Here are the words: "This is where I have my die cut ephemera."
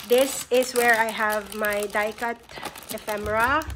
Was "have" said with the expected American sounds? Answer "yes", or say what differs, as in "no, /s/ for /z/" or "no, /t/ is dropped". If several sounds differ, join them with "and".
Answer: yes